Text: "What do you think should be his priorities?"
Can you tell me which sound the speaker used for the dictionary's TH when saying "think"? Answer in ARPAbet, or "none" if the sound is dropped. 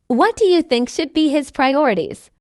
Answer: TH